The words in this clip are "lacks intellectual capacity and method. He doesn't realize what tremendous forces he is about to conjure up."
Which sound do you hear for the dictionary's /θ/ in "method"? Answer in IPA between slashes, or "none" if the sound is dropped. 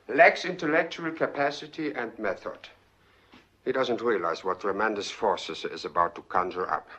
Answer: /θ/